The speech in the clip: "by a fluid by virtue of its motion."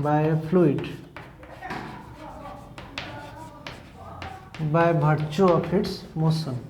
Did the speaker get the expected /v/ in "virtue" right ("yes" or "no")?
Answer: no